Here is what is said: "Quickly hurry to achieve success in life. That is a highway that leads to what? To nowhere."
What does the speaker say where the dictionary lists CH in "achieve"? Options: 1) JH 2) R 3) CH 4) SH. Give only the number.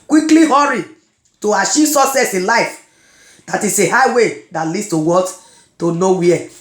4